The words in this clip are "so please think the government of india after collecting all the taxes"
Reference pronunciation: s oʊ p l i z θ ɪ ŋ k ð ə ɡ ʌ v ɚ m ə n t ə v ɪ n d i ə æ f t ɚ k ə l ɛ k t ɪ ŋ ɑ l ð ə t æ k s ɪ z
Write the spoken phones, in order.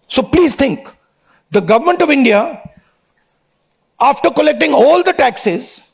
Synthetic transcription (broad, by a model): s oʊ p l i z t ɪ ŋ k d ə ɡ ʌ v ɚ m ə n t ə v ɪ n d i ə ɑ f t ɚ k ə l ɛ k t ɪ ŋ ɑ l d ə t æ k s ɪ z